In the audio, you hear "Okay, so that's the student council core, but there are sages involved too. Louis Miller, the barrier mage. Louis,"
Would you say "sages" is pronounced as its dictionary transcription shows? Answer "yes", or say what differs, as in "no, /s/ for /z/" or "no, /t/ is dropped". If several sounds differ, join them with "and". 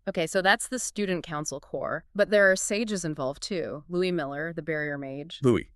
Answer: yes